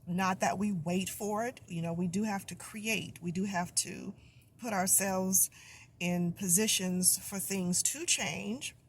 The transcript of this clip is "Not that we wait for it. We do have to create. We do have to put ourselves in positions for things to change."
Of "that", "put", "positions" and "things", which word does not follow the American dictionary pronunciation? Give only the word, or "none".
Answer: none